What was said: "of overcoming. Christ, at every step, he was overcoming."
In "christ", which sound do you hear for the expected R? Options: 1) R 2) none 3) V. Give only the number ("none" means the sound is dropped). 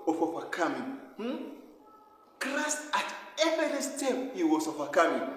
1